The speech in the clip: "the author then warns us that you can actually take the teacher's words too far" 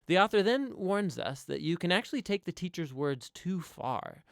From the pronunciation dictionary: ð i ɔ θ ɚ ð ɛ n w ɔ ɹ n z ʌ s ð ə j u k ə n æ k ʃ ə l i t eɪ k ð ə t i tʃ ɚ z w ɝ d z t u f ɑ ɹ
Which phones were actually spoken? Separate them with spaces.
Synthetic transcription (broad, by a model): ð i ɔ θ ɚ ð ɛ n w ɔ ɹ n z ʌ s ð ə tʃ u k ə n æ k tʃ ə l i t eɪ k ð ə t i tʃ ɚ z w ɝ d z t u f ɑ ɹ